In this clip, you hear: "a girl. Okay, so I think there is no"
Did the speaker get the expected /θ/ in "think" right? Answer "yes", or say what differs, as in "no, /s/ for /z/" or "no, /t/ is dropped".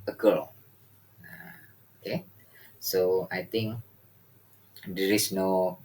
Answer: no, /t/ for /θ/